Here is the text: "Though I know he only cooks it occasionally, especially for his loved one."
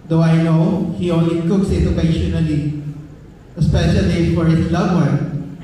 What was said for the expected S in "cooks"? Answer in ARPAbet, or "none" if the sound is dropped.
S